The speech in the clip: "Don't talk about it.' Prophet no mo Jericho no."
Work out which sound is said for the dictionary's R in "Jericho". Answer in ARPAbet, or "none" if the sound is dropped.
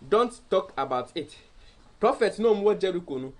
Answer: R